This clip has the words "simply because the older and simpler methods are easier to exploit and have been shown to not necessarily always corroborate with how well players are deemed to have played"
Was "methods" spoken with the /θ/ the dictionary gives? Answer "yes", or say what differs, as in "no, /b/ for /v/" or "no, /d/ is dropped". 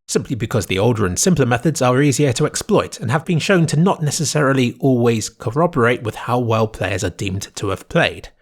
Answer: yes